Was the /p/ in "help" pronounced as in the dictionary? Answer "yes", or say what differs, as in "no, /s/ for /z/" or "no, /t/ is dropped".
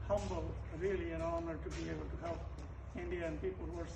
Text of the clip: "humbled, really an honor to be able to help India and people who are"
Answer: no, /p/ is dropped